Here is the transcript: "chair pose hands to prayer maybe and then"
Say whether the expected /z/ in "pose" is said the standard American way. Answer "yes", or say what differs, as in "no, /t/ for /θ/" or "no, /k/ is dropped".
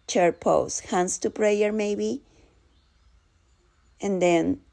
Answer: no, /s/ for /z/